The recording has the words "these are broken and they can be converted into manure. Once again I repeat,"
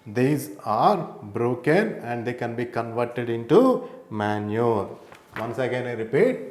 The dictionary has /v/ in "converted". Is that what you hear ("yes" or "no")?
yes